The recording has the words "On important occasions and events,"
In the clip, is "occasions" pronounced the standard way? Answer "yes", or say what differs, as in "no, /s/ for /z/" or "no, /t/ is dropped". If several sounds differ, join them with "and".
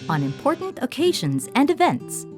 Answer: yes